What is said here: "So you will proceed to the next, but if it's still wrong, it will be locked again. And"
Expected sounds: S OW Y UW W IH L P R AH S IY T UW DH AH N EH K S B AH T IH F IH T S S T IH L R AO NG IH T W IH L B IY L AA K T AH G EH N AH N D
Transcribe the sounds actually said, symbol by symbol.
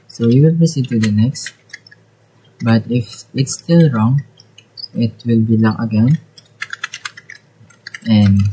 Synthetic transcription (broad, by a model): S OW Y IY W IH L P AH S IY T UW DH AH N EH K S B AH T IH F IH T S S T IH L R AO NG IH T W IH L B IY L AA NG AH G EH N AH N